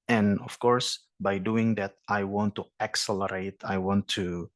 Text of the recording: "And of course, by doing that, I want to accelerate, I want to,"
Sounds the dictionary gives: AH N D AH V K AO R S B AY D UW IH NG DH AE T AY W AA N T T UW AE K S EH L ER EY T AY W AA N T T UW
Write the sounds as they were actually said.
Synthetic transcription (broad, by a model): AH N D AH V K AO R S B AY D UW IH NG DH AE T AY W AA N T T UW AE K S EH L ER EY T AY W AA N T T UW